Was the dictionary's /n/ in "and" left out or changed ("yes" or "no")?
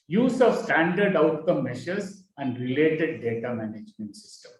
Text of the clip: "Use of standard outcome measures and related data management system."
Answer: no